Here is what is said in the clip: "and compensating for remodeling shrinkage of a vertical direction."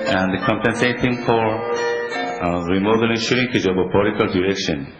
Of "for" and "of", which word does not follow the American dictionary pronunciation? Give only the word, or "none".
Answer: of